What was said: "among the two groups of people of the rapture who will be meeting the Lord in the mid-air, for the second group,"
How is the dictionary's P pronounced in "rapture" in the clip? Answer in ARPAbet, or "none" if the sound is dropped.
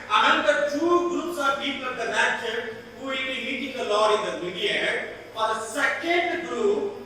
none